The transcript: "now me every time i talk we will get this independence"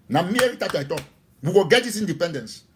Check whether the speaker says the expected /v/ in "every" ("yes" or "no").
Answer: no